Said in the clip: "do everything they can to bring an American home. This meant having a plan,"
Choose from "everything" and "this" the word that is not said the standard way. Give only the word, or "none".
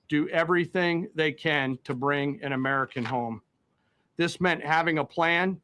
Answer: none